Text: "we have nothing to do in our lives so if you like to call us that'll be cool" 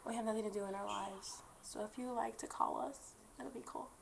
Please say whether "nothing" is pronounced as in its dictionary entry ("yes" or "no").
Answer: yes